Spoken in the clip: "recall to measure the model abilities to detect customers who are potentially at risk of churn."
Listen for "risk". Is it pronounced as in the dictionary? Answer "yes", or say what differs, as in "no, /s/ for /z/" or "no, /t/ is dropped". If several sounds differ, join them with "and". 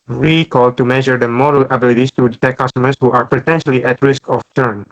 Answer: yes